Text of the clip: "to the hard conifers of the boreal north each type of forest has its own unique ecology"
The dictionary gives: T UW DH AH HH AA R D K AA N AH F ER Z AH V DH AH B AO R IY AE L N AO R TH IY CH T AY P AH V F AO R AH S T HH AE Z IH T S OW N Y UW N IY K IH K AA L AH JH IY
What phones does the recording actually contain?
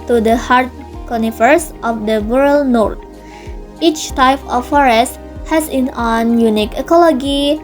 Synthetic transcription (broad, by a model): T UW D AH HH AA R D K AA N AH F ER S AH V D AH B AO R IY L N AO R T IY CH T AY P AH F AO R AH S T HH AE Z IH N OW N Y UW N IY K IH K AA L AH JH IY